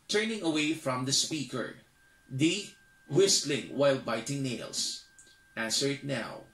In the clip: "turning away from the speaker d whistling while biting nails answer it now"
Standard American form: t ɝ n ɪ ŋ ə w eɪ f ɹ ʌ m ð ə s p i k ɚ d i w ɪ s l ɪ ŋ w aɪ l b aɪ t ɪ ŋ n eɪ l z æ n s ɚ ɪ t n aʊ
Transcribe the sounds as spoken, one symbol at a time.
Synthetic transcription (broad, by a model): t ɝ n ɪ ŋ ə w eɪ f ɹ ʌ m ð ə s p i k ɚ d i w ɪ s l ɪ ŋ w aɪ l b aɪ t ɪ ŋ n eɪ l s æ n s ɚ ɪ t n aʊ